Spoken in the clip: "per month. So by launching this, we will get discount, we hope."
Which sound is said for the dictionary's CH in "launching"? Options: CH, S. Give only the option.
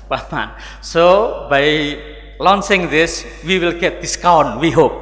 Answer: S